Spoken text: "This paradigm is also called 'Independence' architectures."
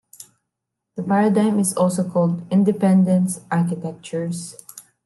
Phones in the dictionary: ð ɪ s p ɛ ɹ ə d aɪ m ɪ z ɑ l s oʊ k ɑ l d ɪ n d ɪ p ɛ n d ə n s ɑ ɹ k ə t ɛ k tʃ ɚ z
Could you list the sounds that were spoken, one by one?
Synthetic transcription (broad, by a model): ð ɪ p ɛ ɹ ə d aɪ m ɪ z ɑ l s oʊ k ɑ l d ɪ n d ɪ p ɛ n d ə n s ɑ ɹ k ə t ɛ k tʃ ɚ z